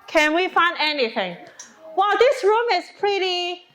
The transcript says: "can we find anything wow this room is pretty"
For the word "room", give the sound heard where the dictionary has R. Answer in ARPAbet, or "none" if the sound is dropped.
R